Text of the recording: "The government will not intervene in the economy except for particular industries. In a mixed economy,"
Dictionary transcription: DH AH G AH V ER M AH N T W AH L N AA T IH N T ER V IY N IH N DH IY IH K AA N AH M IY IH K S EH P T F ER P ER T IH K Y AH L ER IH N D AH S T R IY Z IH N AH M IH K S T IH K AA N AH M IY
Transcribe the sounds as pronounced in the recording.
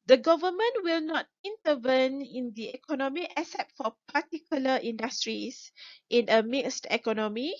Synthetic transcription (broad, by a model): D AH G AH V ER M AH N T W AH L N AA T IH N T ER V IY N IH N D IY IH K AA N AH M IY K S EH T F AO P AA T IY K Y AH L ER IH N D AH S T R IY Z IH N AH M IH K S T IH K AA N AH M IY